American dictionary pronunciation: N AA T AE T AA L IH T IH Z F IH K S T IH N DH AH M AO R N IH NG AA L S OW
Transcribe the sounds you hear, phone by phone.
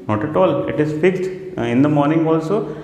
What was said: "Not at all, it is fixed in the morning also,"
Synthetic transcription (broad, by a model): N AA T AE T AA L IH T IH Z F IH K T IH N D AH M AO R N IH NG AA L S OW